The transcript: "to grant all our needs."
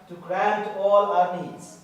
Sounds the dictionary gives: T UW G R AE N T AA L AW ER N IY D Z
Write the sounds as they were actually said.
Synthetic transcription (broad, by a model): T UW G R AE N T AA L AW ER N IY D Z